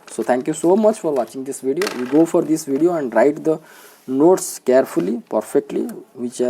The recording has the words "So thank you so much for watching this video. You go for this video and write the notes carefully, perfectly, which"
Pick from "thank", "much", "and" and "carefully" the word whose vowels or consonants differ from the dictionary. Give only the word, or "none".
thank